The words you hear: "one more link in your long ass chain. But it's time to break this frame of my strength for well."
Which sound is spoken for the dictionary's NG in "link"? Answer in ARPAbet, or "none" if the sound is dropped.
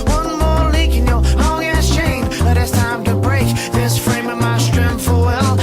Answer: none